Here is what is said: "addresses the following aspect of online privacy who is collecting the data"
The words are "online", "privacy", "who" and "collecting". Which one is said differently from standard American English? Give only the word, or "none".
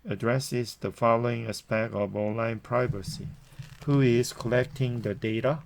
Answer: none